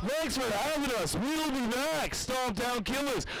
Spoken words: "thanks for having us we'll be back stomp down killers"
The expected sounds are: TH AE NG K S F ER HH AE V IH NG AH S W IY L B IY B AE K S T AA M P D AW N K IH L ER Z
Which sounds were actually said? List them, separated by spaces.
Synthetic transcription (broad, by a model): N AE K S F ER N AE W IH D AH S W IY L B IY B AE K S T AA P D AW N K IH L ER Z